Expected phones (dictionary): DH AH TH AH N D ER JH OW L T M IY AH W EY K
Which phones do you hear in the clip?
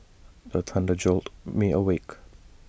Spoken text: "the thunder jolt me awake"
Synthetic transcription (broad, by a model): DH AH T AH N D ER JH OW L T M IY AH W EY K